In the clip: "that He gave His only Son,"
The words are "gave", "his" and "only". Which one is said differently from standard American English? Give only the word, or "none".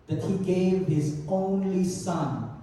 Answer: none